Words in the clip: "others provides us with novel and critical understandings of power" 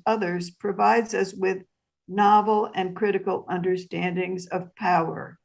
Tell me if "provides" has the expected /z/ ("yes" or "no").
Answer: yes